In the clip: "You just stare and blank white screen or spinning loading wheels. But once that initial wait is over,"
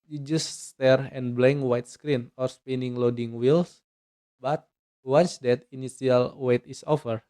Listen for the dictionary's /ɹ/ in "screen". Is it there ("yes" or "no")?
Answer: yes